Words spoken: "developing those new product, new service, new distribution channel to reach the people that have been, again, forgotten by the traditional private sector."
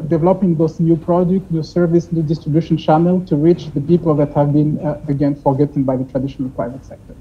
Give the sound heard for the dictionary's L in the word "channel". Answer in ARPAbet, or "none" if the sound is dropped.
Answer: L